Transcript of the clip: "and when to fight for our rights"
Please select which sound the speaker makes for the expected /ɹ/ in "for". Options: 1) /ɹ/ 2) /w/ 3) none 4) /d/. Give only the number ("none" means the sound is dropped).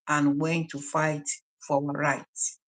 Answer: 2